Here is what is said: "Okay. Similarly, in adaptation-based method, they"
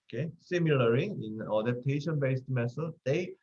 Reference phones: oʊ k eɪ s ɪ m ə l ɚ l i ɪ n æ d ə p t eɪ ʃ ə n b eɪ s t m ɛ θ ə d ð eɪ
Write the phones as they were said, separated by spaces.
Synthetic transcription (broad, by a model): k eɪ s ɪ m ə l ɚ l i ɪ n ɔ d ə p t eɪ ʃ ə n b eɪ s t m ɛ s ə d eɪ